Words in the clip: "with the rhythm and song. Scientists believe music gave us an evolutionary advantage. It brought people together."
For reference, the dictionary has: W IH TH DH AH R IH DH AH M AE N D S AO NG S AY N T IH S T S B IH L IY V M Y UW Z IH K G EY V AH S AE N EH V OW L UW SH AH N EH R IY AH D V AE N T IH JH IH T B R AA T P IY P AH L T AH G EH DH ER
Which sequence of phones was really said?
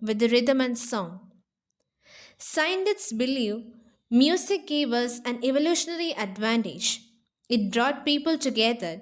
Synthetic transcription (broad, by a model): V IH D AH R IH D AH M AE N D S AO NG S AY N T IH T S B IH L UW M Y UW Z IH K G EY V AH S AE N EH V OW L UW SH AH N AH R IY AH D V AE N T IH JH IH T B R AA T P IY P AH L T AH G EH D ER